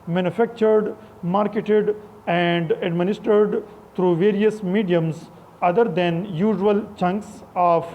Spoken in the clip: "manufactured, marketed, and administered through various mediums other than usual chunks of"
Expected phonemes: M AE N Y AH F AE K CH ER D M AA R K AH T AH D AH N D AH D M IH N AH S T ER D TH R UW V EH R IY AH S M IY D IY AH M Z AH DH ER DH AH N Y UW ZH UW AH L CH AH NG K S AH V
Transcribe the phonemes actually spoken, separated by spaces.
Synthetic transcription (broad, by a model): M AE N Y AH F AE K CH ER D M AA R K AH T AH D AH N D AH D M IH N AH S T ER D T R UW V EH R IY AH S M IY D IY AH M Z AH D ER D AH N Y UW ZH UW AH L CH AH NG K S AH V